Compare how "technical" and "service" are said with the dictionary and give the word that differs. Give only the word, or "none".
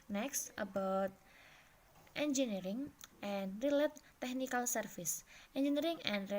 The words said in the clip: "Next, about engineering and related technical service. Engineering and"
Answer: service